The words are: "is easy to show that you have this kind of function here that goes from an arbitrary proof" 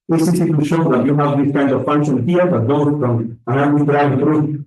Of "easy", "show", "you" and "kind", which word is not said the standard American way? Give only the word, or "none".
easy